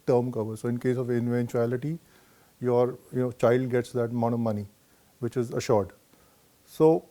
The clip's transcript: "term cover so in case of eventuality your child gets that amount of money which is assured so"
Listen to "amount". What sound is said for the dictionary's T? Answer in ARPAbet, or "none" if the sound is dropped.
none